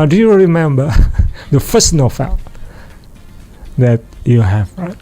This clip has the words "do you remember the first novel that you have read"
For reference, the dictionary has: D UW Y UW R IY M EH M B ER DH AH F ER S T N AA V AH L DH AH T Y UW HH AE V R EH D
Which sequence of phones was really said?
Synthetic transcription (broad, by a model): D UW Y UW R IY M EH M B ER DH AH F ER S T N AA F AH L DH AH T Y UW HH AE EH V